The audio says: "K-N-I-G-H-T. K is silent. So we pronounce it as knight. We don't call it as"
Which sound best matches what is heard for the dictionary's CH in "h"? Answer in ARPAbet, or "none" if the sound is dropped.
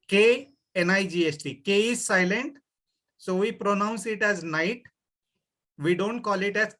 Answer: S